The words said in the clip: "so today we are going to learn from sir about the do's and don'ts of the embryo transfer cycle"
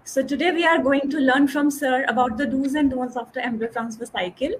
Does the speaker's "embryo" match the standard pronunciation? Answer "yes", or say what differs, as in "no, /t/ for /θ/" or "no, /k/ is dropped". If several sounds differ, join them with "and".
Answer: no, /b/ is dropped